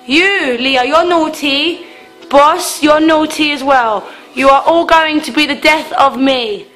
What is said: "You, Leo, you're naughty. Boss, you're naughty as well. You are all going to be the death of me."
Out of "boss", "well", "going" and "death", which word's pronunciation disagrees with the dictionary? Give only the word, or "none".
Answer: none